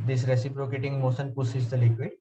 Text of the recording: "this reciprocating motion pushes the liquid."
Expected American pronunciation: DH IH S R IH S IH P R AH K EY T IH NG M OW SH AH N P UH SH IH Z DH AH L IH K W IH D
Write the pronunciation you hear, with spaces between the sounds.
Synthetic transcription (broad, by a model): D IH S R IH S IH P R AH K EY T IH NG M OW S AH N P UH S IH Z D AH L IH K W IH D